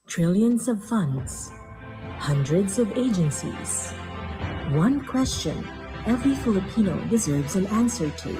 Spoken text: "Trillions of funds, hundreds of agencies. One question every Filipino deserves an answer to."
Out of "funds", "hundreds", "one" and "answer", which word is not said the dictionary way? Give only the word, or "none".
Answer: none